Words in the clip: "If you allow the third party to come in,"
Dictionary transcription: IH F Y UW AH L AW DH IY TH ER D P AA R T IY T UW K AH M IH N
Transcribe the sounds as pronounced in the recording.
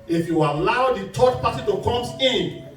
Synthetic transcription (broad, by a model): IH F Y UW AH L AW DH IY T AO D P AA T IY T UW K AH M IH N